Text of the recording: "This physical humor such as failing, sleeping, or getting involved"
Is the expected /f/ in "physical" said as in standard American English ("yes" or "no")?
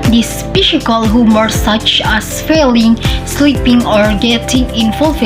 no